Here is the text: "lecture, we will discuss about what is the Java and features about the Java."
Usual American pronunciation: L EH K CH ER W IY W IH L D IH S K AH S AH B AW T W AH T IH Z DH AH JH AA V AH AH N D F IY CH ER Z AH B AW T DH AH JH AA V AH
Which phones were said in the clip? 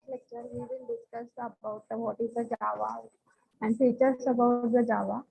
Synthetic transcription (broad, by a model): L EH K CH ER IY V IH N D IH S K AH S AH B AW T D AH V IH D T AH JH AA V AH AH N D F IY CH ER S AH B AW T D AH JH AA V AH